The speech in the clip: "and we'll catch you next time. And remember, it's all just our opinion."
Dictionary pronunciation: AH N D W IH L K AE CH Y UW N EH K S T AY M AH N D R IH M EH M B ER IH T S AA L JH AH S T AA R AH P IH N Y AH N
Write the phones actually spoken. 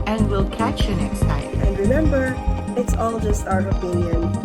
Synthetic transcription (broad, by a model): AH N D W IH L K AE CH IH N EH K S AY AH N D R IH M EH M B ER IH T S AA L JH AH S T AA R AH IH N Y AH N